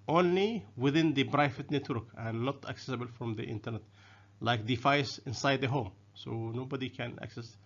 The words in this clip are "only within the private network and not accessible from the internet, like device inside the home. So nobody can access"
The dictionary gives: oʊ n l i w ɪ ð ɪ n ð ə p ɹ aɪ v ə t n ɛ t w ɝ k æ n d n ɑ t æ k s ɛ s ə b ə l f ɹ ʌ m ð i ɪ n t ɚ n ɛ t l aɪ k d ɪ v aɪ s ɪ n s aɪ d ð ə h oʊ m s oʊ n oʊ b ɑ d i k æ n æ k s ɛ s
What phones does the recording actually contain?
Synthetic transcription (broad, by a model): oʊ n l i w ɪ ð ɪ n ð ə b ɹ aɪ f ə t n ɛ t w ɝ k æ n n ɑ t æ k s ɛ s ə b ə l f ɹ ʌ m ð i ɪ n t ɚ n ɛ t l aɪ k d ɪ f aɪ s ɪ n s aɪ d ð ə h oʊ m s oʊ n oʊ b ɑ d i k æ n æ k s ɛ s